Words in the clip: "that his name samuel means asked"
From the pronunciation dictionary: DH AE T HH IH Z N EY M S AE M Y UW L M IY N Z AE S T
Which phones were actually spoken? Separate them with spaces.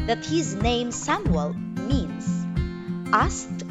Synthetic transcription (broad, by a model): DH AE T HH IH Z N EY M S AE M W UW L M IY N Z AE S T